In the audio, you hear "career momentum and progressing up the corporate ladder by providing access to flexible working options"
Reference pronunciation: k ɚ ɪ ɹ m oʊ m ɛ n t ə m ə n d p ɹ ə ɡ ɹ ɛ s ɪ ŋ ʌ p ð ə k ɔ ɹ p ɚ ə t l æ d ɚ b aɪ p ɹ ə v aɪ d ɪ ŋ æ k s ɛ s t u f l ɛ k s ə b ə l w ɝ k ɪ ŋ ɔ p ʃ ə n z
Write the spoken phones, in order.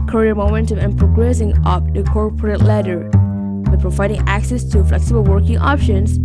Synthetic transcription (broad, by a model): k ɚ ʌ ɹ m oʊ m ɛ n t ə m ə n p ɹ ə ɡ ɹ ɛ s ɪ ŋ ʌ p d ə k ɔ ɹ p ɚ ə t l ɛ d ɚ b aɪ p ɹ ə v aɪ d ɪ ŋ æ k s ɛ s t u f l ɛ k s ə b ə l w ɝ k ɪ ŋ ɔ p ʃ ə n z